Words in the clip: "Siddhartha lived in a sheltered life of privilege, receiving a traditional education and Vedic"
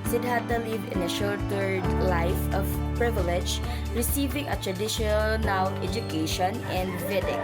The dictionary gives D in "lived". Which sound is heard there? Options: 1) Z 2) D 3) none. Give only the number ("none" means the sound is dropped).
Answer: 3